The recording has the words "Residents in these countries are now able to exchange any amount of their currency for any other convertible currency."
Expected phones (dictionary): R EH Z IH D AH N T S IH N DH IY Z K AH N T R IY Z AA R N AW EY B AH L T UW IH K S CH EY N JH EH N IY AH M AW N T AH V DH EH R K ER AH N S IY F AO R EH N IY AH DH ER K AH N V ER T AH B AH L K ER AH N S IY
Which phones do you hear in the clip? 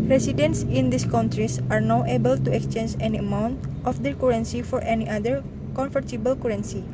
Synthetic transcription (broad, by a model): R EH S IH D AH N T S IH N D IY S K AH N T R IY S AA R N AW EY B AH L T UW IH K S CH EY N JH EH N IY AH M AW N T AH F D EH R K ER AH N S IY F AO R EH N IY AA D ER K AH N F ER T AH B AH L K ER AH N S IY